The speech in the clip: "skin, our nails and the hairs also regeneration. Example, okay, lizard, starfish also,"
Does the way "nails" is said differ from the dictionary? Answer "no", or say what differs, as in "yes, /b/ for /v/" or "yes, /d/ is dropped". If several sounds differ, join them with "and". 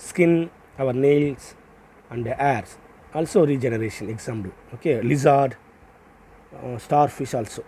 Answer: yes, /s/ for /z/